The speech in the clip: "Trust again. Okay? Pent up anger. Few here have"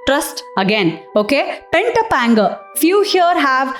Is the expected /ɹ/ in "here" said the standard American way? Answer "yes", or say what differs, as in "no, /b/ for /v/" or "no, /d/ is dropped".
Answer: yes